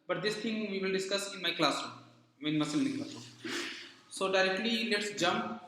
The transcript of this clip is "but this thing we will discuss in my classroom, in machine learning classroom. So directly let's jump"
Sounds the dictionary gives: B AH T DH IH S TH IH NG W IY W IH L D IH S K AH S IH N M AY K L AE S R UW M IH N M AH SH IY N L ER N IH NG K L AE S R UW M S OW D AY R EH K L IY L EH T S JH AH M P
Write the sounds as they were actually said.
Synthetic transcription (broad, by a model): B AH T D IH S T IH NG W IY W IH L D IH S K AH S IH N M AY K L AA S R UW M IH N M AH S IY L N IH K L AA S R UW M S OW D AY R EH K L IY L EH T S JH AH M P